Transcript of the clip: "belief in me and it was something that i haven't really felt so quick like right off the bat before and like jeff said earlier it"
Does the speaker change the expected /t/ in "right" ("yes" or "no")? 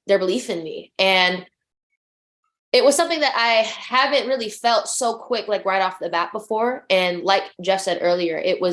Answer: no